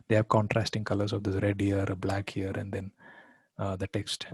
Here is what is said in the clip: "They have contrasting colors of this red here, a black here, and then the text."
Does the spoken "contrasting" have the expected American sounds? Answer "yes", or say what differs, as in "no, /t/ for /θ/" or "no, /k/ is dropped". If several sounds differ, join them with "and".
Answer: yes